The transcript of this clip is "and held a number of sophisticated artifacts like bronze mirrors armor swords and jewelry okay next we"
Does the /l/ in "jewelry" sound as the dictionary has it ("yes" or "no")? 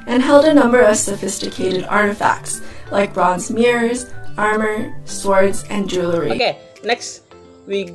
yes